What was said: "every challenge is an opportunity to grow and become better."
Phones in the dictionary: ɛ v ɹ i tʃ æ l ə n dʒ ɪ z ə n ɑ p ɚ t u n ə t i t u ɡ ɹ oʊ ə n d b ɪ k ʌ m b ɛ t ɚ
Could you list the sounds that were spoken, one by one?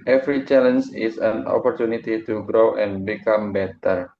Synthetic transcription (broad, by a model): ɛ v ɹ i tʃ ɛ l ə n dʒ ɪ s ə n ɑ p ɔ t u n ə t i t u ɡ ɹ oʊ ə n b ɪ k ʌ m b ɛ t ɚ